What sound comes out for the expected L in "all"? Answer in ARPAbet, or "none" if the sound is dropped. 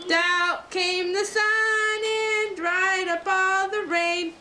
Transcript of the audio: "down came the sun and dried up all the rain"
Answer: N